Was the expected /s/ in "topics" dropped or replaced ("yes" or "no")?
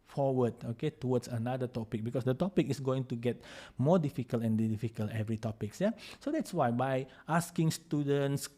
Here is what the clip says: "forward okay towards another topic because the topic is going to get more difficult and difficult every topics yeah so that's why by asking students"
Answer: no